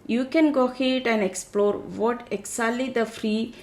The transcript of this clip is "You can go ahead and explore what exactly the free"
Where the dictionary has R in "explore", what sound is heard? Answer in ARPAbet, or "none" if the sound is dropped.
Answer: R